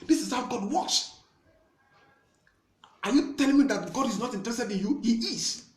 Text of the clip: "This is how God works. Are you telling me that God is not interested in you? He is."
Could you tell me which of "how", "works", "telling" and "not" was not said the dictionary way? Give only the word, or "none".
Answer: works